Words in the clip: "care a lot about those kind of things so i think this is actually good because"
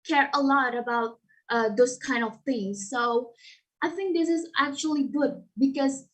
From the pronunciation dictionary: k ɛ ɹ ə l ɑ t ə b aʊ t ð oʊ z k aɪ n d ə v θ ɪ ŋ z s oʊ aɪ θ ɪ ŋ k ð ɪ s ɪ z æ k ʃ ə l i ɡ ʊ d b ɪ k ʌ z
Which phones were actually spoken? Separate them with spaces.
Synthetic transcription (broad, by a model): k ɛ ɹ ə l ɑ t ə b aʊ t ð oʊ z k aɪ n d ə v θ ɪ ŋ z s oʊ aɪ θ ɪ ŋ k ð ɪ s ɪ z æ k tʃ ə l i ɡ ʊ d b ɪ k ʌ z